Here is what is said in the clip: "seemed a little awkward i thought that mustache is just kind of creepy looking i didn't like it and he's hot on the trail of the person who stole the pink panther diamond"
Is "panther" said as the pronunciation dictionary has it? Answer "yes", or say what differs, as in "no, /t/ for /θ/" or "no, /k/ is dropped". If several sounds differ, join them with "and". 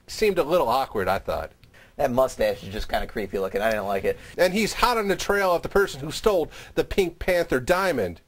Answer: yes